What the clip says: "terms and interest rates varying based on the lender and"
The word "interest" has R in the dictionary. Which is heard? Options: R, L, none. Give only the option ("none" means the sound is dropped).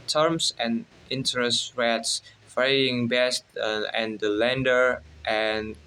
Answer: R